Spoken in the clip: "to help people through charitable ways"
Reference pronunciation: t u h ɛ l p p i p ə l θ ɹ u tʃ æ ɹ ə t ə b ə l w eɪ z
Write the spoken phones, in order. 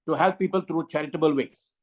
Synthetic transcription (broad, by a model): t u h ɛ l p p i p ə l t ɹ u tʃ æ ɹ ə t ə b ə l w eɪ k